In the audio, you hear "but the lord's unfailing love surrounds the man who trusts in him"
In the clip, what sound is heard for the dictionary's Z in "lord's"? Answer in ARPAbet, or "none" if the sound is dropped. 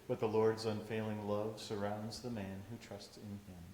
Z